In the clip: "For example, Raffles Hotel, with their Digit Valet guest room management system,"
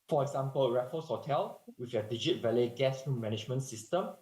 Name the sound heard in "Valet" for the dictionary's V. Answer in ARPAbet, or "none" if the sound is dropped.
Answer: V